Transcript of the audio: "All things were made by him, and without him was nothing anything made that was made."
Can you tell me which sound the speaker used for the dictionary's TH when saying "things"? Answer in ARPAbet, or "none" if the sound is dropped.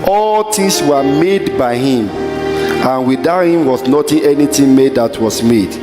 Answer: T